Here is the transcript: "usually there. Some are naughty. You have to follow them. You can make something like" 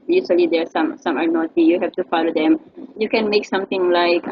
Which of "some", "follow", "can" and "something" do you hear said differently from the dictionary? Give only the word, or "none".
something